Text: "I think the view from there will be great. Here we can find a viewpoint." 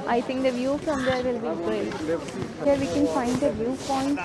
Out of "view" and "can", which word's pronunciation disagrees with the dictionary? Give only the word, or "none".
none